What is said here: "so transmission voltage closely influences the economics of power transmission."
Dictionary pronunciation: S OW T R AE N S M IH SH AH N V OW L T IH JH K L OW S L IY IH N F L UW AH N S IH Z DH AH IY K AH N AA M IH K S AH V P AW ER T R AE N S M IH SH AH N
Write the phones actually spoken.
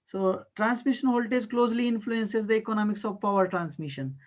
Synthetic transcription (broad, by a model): S OW T R AE N S M IH SH AH N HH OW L T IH Z K L OW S L IY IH N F L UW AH N S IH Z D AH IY K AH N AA M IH K S AH V P AW ER T R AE N S M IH SH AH N